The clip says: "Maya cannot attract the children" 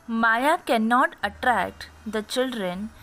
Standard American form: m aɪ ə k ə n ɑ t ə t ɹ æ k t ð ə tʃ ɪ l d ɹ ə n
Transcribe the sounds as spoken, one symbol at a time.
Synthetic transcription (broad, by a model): m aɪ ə k ə n ɑ t ə t ɹ æ k t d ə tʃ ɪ l d ɹ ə n